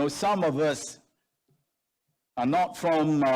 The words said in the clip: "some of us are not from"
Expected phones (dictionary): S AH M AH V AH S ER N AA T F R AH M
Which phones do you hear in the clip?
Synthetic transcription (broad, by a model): S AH M AH V AH S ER N AA T F R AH M